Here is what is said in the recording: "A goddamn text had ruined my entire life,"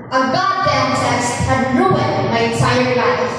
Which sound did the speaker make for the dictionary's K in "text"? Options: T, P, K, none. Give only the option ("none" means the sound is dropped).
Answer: none